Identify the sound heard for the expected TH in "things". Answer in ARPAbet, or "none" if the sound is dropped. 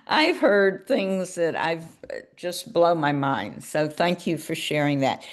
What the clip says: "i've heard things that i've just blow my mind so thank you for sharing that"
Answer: TH